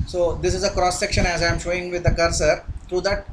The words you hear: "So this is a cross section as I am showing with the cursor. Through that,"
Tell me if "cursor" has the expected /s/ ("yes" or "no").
yes